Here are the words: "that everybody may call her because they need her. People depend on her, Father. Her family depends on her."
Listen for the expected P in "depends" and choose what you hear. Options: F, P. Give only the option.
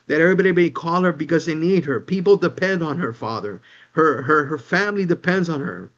P